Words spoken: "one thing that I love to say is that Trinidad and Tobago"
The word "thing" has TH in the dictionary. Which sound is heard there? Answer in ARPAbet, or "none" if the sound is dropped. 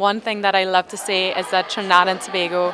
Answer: TH